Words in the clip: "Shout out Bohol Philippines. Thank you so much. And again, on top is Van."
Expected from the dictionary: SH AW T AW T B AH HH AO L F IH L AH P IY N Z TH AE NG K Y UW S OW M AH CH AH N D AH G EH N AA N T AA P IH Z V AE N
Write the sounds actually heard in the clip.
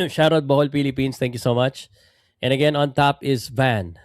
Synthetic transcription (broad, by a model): SH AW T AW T B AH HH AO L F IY L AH P IY N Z T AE NG K Y UW S OW M AH CH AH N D AH G EH N AA N T AA P IH Z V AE N